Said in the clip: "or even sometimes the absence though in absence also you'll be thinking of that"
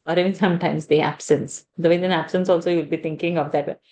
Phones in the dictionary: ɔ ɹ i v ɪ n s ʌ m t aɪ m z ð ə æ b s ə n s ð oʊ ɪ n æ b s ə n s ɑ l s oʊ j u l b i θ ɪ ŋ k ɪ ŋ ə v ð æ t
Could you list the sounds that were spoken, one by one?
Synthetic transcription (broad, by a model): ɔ ɹ i v ɪ n s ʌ m t aɪ m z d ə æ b s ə n s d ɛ ɪ n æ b s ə n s ɑ l s oʊ j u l b i t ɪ ŋ k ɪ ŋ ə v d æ t